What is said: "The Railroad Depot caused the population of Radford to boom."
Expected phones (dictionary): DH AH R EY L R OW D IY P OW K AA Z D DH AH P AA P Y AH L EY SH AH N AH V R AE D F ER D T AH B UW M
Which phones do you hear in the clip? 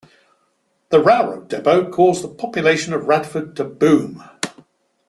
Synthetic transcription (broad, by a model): DH AH R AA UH R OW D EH B OW K AA Z DH AH P AA P Y AH L EY SH AH N AH V R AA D F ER D T AH B UW M